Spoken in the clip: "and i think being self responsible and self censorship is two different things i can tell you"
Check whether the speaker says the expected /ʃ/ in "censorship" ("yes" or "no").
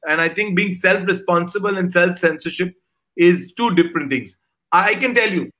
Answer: yes